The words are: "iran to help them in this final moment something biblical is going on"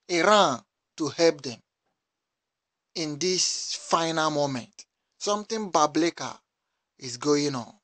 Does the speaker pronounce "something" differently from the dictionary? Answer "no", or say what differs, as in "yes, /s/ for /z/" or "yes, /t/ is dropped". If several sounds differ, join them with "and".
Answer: yes, /t/ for /θ/